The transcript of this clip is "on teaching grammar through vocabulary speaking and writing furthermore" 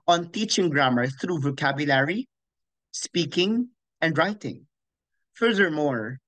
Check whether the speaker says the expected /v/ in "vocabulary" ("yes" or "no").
yes